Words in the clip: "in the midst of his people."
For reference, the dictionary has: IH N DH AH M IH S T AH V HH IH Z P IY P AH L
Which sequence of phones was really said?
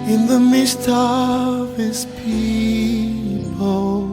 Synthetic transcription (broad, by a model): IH N DH AH M IH S T AH V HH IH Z P IY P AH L